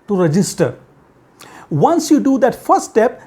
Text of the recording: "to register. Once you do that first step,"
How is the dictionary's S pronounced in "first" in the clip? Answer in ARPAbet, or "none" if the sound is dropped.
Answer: none